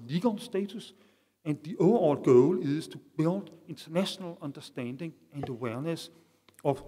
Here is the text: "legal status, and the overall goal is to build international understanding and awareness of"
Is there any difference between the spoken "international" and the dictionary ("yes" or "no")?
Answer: yes